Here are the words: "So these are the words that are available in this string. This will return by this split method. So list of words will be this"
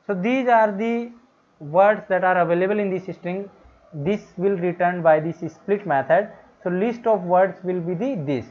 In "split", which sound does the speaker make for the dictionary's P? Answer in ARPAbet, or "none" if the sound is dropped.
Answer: P